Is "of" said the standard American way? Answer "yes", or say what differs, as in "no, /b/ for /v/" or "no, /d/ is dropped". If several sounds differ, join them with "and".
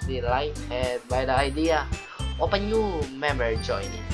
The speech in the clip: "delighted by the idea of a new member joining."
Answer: no, /p/ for /v/